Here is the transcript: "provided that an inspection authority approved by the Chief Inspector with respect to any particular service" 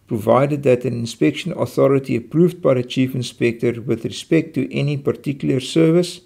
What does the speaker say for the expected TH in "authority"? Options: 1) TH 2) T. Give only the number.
1